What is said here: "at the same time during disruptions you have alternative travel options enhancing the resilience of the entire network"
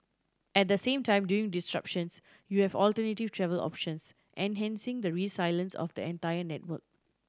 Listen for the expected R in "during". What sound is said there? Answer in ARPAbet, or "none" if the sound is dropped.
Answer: none